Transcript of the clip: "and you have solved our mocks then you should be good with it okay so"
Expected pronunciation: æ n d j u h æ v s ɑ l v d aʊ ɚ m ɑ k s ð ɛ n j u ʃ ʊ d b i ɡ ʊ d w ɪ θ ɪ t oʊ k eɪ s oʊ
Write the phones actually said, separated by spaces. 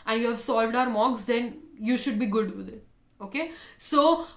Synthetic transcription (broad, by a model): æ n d j u h æ v s ɑ l v d aʊ ɚ m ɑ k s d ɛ n j u ʃ ʊ d b i ɡ ʊ d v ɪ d ɪ t oʊ k eɪ s oʊ